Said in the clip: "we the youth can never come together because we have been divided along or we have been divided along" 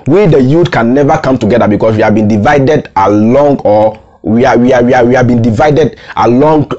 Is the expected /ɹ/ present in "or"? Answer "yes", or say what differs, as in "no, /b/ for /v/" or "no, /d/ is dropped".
no, /w/ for /ɹ/